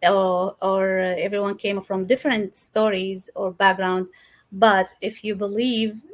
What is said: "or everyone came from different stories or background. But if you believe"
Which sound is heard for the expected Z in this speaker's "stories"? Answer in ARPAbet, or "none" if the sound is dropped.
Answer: Z